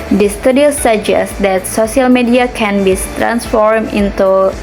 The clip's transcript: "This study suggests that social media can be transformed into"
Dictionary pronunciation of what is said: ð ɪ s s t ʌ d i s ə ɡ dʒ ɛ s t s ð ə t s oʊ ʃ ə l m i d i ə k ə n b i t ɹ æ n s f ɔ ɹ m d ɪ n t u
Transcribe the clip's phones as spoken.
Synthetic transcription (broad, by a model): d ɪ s s t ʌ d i s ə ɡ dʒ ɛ s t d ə t s oʊ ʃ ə l m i d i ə k ə n b i t ɹ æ n s f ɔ ɹ m ɪ n t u